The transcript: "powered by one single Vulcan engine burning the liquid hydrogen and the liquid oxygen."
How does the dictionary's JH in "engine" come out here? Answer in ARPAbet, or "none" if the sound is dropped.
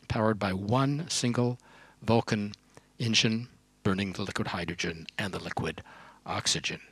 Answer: SH